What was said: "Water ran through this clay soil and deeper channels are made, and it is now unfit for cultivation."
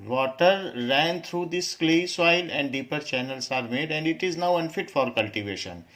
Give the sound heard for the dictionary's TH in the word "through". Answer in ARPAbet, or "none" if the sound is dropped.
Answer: T